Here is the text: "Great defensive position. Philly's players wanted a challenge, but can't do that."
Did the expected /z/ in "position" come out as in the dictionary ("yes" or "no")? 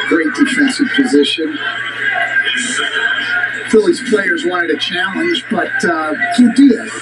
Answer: yes